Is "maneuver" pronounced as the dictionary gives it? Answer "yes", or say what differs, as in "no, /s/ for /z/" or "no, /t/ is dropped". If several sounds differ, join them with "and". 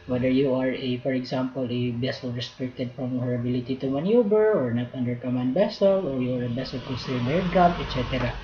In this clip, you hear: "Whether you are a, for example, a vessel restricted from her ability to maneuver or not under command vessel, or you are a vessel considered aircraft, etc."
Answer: no, /b/ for /v/